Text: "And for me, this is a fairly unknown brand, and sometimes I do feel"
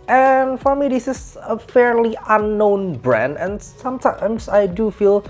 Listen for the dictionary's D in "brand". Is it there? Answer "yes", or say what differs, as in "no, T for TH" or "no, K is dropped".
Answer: yes